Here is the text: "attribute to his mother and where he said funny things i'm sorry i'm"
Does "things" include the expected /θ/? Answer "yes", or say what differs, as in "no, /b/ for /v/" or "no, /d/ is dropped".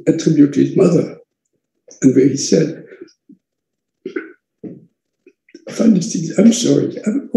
no, /t/ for /θ/